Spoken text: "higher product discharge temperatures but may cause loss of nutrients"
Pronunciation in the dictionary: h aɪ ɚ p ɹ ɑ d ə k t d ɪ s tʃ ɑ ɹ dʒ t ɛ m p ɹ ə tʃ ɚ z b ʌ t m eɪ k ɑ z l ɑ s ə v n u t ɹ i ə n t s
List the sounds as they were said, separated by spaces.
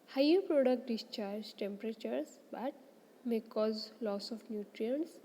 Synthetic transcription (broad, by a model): h aɪ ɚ p ɹ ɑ d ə k t d ɪ s tʃ ɑ ɹ dʒ t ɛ m p ɹ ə tʃ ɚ s b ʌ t m eɪ k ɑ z l ɑ s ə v n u t ɹ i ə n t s